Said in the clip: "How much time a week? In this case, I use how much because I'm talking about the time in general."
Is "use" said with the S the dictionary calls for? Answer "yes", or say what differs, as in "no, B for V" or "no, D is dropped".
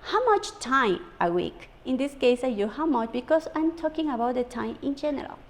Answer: no, S is dropped